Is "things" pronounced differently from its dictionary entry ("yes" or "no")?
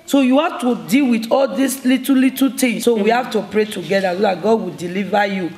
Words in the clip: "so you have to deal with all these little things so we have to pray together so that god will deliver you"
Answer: yes